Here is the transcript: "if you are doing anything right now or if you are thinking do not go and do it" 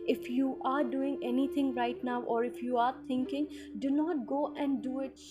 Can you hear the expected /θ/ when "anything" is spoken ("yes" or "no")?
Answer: no